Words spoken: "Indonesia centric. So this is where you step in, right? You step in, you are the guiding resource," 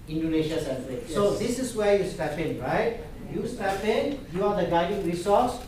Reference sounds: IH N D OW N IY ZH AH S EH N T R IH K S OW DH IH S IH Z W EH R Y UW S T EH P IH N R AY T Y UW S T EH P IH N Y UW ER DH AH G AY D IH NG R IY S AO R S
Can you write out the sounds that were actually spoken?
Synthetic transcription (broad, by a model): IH N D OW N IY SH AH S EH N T IH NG S OW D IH S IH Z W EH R Y UW S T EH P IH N R AY T Y UW S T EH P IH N Y UW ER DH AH G AY D IH NG R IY S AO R S